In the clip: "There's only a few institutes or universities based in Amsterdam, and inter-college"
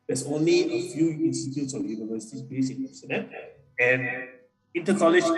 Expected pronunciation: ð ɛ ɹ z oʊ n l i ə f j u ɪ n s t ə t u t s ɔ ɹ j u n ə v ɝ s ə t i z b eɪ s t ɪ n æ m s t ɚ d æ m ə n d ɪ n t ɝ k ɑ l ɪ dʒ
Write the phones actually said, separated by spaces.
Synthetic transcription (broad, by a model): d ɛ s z oʊ n l i ə f j u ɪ n s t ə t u t s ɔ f j u n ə v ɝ s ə t i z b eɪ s ɪ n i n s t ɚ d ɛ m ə n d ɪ n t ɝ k ɑ l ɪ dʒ